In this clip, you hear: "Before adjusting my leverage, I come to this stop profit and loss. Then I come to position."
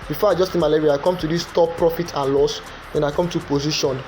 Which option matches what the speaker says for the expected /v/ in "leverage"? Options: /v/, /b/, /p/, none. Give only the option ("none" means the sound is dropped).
none